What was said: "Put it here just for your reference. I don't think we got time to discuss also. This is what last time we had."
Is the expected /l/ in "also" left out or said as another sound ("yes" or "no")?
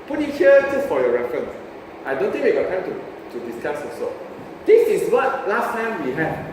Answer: yes